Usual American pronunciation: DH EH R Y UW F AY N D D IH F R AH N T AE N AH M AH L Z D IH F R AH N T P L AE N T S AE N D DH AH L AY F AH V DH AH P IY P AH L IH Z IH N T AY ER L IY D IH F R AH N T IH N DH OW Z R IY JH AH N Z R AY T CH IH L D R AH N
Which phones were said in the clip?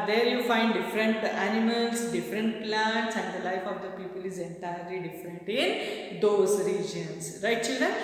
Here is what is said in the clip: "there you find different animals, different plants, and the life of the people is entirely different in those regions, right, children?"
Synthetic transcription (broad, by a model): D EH R Y UW F AY N D D IH F R AH N T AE N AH M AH L S D IH F R AH N T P L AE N T S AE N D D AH L AY F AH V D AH P IY P AH L IH Z IH N T AY ER L IY D IH F R AH N T IH N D OW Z R IY JH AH N S R AY T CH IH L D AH